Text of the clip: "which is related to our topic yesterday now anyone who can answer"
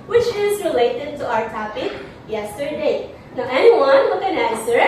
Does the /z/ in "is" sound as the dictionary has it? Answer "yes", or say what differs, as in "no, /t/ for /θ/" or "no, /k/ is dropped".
yes